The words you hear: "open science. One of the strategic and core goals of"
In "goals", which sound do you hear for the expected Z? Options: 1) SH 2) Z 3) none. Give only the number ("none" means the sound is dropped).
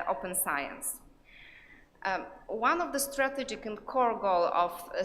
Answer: 3